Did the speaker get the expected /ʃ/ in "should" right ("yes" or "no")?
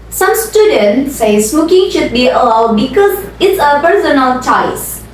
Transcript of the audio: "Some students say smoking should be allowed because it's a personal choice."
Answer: yes